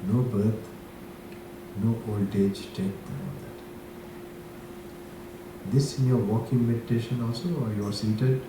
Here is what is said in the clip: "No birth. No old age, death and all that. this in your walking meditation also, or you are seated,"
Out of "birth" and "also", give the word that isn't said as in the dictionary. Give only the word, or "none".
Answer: birth